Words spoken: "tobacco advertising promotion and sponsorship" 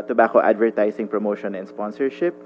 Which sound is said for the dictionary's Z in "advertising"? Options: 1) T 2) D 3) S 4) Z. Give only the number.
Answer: 3